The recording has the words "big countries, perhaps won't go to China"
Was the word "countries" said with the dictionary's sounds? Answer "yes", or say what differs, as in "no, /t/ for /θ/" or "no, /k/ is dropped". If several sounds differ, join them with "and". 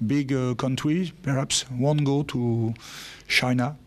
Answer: no, /z/ is dropped